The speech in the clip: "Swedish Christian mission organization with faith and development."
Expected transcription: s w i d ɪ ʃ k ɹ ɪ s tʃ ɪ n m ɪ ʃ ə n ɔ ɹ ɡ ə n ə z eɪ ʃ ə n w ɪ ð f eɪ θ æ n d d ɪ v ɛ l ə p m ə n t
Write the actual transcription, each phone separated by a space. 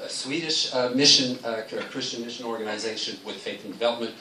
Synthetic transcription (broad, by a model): s w i d ɪ ʃ k ɹ ɪ s tʃ ɪ n m ɪ ʃ ə n ɔ ɹ ɡ ə n ə z eɪ ʃ ə n w ɪ ð f eɪ θ n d d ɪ v ɛ l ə p m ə n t